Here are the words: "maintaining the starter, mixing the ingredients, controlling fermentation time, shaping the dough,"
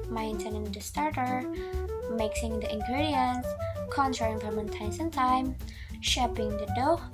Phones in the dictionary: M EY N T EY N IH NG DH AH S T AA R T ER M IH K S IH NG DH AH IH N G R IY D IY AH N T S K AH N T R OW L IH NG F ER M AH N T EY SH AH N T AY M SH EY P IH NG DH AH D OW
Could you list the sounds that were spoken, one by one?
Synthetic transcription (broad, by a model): M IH N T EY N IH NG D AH S T AA R T ER M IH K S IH NG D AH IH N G R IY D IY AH N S K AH N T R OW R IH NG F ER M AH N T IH S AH N T AY M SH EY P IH NG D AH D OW